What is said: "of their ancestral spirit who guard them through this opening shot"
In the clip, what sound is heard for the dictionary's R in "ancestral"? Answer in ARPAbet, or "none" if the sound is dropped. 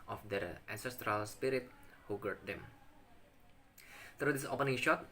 R